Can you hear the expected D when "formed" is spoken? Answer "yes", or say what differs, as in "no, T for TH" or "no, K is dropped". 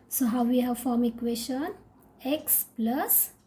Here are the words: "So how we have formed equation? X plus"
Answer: no, D is dropped